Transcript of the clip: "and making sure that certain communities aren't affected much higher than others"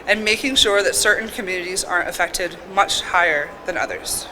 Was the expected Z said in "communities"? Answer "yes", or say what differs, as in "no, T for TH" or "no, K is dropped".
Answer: yes